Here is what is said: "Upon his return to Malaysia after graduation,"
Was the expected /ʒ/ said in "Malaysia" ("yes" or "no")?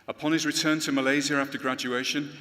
no